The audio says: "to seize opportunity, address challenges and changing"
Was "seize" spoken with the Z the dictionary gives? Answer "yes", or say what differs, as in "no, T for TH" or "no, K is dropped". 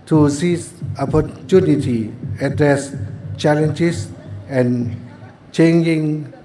no, Z is dropped